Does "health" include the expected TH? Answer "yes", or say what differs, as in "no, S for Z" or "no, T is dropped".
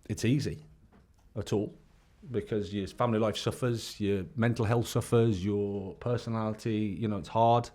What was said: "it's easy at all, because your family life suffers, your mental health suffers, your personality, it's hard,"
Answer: yes